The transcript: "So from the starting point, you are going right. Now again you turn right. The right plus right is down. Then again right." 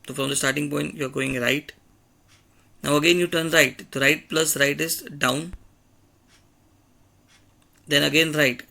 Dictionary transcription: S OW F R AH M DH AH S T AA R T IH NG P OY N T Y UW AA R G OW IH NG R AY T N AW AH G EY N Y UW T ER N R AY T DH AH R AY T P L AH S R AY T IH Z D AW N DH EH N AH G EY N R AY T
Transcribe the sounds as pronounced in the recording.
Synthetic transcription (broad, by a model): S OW F R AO M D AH S T AA R T IH NG P OY N T Y UW AA R G OW IH NG R AY T N AW AH G EY N Y UW T ER N R AY T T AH R AY T P L AH S R AY T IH S D AW N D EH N AH G EY N R AY T